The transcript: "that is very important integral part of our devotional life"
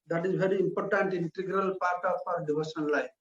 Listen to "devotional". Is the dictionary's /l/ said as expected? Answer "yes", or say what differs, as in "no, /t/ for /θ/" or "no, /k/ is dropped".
no, /n/ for /l/